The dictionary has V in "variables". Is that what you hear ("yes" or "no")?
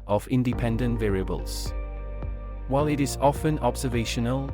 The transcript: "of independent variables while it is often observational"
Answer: yes